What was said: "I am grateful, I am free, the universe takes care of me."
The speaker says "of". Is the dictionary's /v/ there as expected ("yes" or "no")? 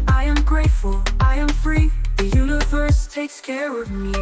yes